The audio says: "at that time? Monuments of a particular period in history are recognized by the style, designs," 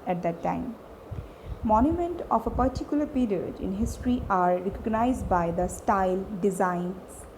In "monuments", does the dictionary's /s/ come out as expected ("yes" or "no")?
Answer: no